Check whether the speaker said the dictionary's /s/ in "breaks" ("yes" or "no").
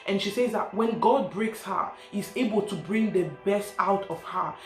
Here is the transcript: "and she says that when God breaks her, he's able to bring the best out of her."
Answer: yes